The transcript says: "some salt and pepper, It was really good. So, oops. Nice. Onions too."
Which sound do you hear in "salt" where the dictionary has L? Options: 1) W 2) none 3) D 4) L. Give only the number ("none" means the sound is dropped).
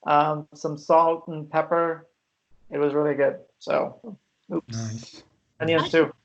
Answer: 4